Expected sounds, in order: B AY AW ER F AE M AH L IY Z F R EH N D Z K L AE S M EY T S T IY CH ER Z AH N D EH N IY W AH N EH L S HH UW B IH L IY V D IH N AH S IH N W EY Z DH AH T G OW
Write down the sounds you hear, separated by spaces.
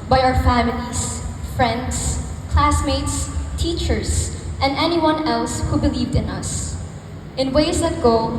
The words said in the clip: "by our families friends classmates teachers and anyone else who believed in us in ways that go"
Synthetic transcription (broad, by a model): B AY AW ER F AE M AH L IY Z F R EH N D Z K L AE S M EY T S T IY CH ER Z AH N D EH N IY W AH N EH L S HH UW B IH L IY V D IH N AH S IH N W EY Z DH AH T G OW